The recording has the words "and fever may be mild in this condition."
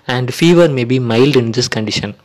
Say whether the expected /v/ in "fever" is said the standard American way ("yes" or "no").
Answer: yes